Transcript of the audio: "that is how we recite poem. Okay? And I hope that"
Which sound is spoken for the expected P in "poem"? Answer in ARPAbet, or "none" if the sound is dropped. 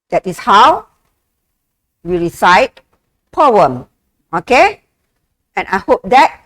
P